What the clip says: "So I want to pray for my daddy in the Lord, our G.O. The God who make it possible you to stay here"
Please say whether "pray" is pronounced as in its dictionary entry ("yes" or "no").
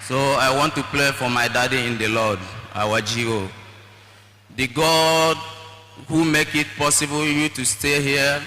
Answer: no